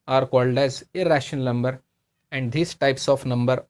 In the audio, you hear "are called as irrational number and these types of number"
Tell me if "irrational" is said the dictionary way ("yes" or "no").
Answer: no